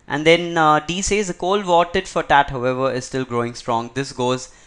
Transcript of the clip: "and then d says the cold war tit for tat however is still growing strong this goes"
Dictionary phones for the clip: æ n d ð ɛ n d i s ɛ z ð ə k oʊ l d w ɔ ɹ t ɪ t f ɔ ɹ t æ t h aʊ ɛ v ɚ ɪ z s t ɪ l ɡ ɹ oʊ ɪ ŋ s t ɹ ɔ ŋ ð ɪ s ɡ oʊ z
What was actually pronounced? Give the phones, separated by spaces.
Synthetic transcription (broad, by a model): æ n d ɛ n d i s ɛ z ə k oʊ l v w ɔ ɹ t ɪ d f ɔ ɹ t æ t h aʊ ɛ v ɚ ɪ z s t ɪ l ɡ ɹ oʊ ɪ ŋ s t ɹ ɔ ŋ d ɪ s ɡ oʊ z